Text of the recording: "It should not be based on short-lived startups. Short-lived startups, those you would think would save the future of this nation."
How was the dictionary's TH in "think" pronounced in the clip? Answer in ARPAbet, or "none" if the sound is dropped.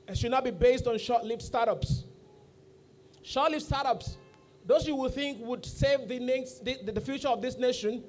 TH